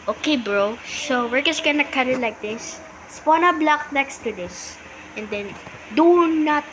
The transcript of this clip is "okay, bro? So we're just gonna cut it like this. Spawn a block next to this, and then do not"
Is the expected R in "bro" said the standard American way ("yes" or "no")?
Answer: yes